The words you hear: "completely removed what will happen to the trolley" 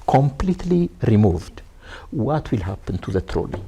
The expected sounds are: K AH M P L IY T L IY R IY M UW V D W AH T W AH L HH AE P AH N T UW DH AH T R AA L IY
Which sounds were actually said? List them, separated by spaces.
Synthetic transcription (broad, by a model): K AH M P L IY T L IY R IY M UW V D W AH T W AH L HH AE P AH N T UW DH AH T R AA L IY